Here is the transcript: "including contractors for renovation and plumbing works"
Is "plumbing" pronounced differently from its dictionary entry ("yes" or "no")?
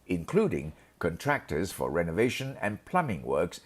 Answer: no